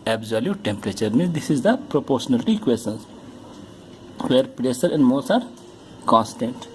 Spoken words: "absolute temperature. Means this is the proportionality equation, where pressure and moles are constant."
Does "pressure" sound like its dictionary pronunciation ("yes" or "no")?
no